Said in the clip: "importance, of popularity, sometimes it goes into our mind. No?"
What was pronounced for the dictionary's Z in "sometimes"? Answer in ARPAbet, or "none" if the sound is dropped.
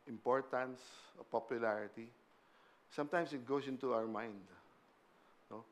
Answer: S